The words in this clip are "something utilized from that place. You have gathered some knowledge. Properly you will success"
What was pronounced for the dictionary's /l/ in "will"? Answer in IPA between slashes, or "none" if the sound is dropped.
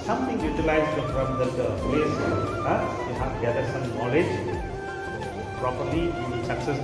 /n/